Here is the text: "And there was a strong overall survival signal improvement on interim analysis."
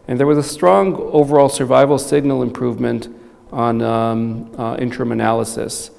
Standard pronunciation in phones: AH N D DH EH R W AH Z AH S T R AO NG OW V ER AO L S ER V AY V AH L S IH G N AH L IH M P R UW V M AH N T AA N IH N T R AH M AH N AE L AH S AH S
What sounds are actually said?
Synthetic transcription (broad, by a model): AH N DH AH R W AH Z AH S T R AO NG OW V ER AO L S ER V AY V L S IH G N L IH M P R UW V M AH N T N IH N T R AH M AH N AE L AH S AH S